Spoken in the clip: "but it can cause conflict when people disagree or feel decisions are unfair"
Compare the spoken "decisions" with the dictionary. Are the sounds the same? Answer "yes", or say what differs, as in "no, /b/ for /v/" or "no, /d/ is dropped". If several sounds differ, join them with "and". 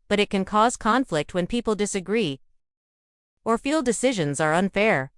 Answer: yes